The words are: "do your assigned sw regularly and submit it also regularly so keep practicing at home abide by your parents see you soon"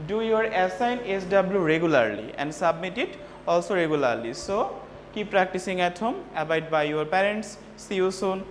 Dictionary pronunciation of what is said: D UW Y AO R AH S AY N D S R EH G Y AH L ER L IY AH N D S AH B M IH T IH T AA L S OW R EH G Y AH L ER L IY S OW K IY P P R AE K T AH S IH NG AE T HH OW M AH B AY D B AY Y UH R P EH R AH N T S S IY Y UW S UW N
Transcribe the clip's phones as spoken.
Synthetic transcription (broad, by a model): D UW Y AO R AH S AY N D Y R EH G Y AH L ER L IY AH N D S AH B M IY T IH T AA L S OW R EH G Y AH L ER L IY S OW K IY P P R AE K T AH S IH NG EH T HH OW M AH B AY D B AY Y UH R P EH R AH N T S S IY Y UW S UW N